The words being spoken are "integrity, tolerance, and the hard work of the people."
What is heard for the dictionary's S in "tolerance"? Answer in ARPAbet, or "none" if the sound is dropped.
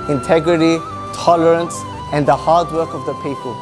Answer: S